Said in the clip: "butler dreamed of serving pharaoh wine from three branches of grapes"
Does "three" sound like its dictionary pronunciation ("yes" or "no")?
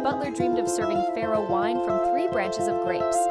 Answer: yes